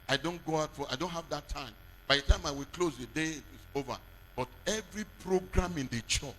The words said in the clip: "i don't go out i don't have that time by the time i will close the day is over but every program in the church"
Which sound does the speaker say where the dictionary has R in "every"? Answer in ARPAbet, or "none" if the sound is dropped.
R